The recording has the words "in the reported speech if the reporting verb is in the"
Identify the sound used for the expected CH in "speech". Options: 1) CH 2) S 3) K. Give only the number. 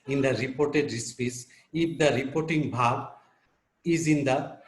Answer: 2